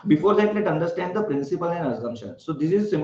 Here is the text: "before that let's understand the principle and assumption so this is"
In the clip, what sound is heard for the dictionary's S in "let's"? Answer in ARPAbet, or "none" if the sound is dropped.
none